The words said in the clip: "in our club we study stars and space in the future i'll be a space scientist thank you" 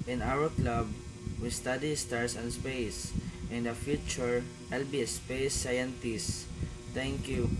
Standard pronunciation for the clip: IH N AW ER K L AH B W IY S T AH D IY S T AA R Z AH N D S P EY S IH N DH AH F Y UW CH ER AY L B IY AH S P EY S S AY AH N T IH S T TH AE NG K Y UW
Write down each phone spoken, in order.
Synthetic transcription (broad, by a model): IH N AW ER K L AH B W IY S T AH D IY S T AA R S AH N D S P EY S IH N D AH F Y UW CH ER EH L B IY S P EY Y S AY AH N T IH S T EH NG K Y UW